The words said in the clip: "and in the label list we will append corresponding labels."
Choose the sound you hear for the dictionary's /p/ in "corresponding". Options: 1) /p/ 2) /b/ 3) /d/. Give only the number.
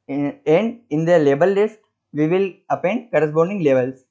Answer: 2